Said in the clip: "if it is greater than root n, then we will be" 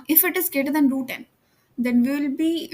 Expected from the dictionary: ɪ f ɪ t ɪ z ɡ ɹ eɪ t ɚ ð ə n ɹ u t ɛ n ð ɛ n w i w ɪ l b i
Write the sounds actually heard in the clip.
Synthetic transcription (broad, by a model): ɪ f ɪ t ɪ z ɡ eɪ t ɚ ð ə n ɹ u t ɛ n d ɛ n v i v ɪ l b i